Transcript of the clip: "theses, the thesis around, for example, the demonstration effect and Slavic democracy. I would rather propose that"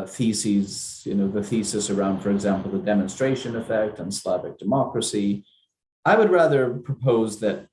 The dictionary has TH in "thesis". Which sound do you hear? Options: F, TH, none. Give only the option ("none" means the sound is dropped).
TH